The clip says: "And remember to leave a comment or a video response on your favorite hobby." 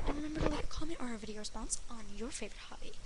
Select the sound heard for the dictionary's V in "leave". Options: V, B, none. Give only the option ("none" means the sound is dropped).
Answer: none